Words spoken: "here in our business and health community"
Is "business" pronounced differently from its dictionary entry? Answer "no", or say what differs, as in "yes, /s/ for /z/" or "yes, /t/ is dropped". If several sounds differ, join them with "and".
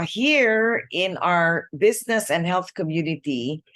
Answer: no